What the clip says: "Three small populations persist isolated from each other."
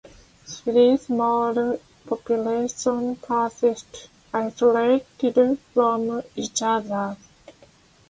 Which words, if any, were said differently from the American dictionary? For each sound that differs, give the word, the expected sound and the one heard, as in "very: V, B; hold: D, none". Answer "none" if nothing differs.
three: TH, S; populations: Z, none